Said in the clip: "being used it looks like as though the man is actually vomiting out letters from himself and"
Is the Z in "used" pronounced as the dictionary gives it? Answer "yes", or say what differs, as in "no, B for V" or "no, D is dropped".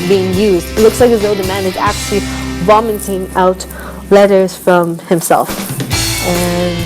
yes